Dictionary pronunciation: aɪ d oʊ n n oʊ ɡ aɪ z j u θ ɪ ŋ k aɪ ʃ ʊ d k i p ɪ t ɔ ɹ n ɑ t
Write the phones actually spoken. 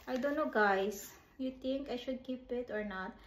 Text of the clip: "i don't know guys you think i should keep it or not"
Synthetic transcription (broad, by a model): aɪ d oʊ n n oʊ ɡ aɪ s j u t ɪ ŋ k aɪ ʃ ʊ d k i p ɪ t ɔ ɹ n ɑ t